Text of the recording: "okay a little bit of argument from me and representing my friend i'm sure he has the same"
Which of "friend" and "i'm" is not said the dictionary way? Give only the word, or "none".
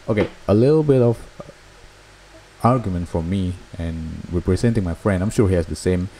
none